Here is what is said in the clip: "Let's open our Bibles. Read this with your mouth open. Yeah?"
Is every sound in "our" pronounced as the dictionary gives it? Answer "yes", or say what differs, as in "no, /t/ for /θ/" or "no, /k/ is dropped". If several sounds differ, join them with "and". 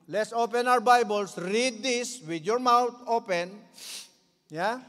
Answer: no, /w/ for /ɹ/